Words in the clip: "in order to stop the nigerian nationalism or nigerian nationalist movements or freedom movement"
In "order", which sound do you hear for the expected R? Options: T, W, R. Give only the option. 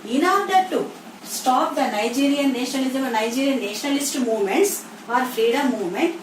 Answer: W